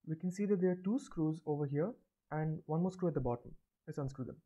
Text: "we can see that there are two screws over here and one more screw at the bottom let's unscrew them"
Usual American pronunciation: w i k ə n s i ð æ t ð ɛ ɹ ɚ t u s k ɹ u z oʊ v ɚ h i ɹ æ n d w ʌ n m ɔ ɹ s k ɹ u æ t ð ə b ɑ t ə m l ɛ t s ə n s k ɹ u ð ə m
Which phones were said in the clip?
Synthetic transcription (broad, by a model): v i k ə n s i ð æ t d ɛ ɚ t u s k ɹ u z oʊ v ɚ h i ɹ æ n d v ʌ n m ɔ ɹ s k ɹ u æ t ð ə b ɑ t ə m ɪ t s ə n s k ɹ u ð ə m